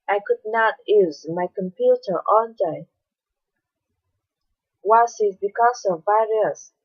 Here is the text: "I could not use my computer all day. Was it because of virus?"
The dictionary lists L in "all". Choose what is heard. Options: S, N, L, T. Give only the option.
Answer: N